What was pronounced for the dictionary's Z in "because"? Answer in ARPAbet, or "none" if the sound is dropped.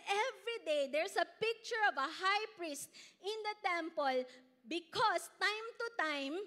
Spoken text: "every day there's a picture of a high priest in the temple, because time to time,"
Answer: S